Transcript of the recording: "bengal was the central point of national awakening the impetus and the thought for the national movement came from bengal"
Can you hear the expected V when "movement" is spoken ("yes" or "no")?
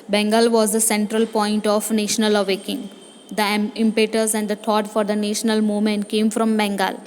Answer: no